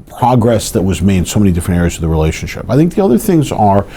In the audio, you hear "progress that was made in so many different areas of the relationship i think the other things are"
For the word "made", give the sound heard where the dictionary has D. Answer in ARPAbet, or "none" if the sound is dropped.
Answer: none